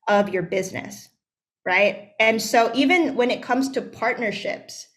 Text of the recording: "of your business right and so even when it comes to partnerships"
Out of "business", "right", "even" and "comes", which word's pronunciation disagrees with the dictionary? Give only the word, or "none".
none